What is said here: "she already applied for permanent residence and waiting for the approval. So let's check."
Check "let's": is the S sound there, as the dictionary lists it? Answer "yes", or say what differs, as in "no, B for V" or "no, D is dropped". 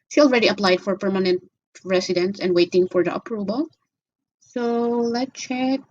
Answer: no, S is dropped